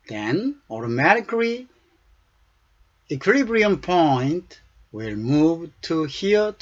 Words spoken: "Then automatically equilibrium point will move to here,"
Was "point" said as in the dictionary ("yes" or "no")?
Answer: yes